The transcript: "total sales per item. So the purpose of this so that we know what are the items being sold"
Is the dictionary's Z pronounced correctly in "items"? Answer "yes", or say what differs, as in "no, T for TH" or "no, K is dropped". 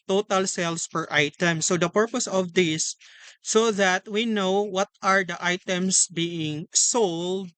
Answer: no, S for Z